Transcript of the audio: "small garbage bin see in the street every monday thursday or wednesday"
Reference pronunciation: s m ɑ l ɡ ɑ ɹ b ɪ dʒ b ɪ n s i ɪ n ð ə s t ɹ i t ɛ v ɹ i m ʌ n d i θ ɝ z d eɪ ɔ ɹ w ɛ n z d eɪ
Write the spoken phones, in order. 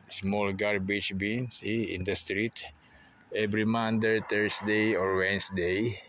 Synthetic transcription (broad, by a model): s m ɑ l ɡ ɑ ɹ b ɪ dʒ b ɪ n s i ɪ n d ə s t ɹ i t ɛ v ɹ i m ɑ n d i t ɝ s d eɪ ɔ ɹ w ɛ n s d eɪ